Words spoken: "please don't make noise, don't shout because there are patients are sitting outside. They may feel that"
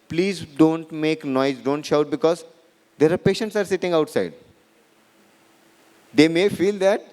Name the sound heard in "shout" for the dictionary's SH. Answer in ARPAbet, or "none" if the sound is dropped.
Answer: SH